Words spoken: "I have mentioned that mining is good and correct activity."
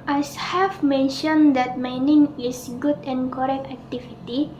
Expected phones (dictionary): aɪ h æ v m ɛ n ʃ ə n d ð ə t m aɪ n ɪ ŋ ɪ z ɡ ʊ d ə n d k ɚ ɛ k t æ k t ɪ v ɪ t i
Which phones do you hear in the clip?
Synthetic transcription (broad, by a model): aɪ h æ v m ɛ n ʃ ə n d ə t m aɪ n ɪ ŋ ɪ s ɡ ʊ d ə n k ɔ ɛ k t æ k t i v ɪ t i